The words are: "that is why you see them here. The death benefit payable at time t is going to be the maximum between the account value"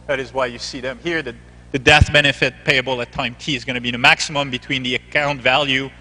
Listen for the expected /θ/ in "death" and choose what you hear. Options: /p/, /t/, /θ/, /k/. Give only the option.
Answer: /θ/